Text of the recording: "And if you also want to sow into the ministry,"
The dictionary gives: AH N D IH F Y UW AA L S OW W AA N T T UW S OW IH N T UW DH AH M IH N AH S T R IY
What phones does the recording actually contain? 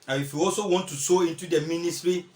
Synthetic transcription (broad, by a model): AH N IH F Y UW AA L S OW W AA N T T UW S OW IH N T UW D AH M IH N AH S T R IY